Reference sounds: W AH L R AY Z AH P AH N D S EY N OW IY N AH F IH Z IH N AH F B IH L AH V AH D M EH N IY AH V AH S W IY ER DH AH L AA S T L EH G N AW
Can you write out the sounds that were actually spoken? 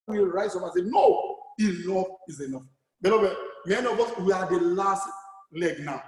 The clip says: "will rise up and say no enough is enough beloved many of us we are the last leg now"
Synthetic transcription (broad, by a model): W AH R AY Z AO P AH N S EY N OW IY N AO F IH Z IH N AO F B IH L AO B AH M EH N IY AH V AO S W IY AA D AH L AA S T L EH G N AW